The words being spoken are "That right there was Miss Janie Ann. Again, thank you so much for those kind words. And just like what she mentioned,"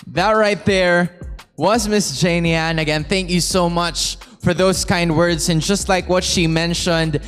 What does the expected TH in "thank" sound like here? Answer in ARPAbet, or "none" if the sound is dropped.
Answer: TH